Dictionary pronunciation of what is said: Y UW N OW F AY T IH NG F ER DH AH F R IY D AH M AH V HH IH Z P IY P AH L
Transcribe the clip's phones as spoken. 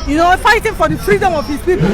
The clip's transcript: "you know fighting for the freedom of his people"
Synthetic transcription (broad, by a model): Y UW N OW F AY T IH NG F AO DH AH P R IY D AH M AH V HH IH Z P IY P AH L